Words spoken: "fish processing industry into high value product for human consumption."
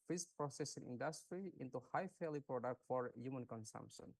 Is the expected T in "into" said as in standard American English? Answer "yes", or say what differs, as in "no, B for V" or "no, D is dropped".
yes